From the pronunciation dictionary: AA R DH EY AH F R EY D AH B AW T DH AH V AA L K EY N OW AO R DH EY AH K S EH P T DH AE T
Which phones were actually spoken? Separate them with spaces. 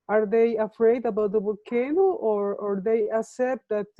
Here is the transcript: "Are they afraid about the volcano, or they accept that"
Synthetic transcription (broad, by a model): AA R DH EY AH F R EY D AH B AW T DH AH B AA K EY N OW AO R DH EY AH K S EH P T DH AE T